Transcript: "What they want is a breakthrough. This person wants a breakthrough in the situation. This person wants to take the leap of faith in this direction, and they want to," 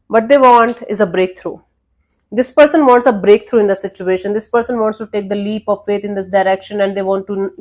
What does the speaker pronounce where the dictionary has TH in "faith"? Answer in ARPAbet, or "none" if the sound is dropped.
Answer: T